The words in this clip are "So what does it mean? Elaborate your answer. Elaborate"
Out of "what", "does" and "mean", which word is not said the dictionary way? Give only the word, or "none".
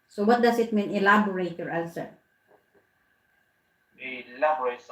does